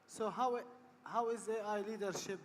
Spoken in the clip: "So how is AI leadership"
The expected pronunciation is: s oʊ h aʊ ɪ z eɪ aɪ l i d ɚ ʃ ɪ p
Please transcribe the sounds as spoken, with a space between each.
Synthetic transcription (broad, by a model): s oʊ h aʊ ɪ z eɪ aɪ l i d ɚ ʃ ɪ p